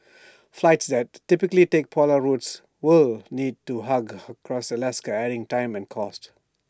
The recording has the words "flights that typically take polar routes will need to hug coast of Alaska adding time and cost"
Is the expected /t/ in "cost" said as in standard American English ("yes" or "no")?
yes